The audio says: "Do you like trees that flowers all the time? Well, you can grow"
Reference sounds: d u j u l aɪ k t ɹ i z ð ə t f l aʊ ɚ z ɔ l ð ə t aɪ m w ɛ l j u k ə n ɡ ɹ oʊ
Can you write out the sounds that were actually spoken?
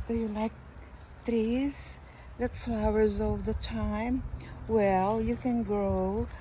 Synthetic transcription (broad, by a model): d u j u l aɪ k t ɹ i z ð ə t f l aʊ ɚ z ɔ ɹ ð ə t aɪ m w ɛ l j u k ə n ɡ ɹ oʊ